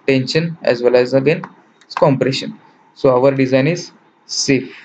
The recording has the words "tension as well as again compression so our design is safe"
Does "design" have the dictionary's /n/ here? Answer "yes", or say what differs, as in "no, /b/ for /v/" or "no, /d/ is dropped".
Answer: yes